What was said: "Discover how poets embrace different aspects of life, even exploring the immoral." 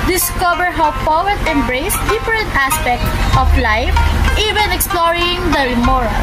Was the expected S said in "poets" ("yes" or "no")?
no